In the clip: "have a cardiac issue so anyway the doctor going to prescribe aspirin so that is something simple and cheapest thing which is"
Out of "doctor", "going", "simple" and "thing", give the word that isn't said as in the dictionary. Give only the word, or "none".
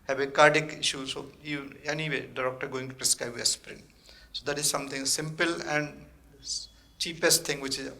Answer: thing